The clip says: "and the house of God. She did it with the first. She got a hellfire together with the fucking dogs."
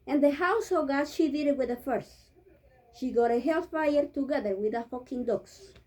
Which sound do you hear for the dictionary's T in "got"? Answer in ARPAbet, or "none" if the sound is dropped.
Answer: T